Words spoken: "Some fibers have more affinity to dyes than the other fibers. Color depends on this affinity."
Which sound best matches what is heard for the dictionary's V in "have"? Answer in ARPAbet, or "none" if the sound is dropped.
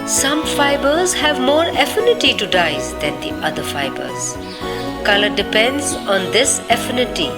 V